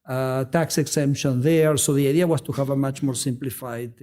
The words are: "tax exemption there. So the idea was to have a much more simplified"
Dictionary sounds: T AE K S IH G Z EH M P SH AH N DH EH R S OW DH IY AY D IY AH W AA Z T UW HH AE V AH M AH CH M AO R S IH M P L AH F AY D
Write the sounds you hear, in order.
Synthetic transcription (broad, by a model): T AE K S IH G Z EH M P SH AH N DH EH R S OW DH IY AY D IY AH W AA S T UW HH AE V AH M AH CH M AO R S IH M P L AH F AY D